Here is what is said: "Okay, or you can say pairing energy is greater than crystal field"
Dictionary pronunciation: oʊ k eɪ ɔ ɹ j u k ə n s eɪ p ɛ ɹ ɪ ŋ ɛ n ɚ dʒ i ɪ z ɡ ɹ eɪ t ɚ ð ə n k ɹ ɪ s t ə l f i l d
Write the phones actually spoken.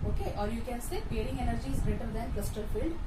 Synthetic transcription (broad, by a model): oʊ k eɪ ɔ ɹ j u k ə n s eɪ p ɛ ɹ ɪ ŋ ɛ n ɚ dʒ i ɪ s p ɹ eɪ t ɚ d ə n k l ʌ s t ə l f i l d